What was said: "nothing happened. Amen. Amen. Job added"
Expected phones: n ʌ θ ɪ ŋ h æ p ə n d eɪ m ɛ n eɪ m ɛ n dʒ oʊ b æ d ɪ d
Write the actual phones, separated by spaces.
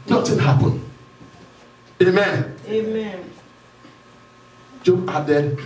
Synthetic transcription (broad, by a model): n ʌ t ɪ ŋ h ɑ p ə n eɪ m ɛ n eɪ m ɛ n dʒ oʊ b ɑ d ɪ